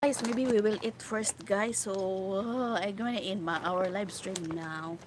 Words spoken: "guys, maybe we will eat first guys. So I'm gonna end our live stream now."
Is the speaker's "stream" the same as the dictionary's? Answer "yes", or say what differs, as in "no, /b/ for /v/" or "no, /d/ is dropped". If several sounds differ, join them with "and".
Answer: yes